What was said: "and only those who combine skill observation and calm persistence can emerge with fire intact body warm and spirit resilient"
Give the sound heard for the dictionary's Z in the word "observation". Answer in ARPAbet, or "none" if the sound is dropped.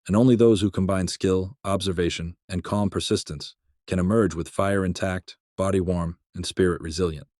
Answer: Z